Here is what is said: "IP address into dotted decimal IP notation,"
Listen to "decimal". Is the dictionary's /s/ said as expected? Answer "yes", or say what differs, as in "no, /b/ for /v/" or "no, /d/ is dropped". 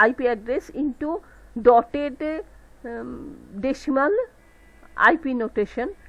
no, /ʃ/ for /s/